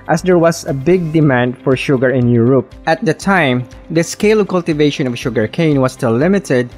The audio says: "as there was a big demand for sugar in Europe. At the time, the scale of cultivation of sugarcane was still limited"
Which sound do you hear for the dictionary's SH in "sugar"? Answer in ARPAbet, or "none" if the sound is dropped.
SH